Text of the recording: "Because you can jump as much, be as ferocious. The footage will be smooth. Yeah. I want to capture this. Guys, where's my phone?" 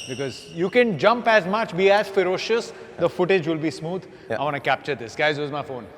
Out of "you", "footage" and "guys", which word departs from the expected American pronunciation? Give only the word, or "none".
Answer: none